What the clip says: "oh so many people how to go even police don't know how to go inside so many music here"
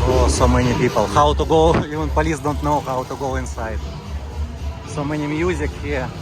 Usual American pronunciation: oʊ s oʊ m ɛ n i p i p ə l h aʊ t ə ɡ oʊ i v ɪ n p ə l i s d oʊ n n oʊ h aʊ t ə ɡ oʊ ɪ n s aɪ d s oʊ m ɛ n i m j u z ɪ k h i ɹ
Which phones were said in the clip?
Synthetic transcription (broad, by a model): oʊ s oʊ m ɛ n i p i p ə l h aʊ t ə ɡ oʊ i ɪ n p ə l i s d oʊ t n oʊ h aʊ t ə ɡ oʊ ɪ n s aɪ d s oʊ m ɛ n i m j u z ɪ k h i